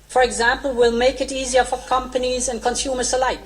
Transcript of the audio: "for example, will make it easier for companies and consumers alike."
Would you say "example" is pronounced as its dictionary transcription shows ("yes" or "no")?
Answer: yes